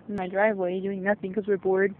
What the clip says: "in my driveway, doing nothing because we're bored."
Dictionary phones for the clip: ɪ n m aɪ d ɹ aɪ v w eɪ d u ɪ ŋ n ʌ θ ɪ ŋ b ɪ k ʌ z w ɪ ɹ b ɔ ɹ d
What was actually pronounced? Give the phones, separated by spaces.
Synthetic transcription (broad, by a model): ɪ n m aɪ d ɹ aɪ v w eɪ d u ɪ ŋ n ʌ θ ɪ ŋ k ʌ z w ɪ ɹ b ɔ ɹ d